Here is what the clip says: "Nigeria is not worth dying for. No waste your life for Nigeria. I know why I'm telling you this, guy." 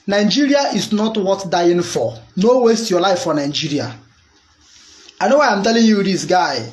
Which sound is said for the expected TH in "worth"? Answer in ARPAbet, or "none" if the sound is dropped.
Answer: T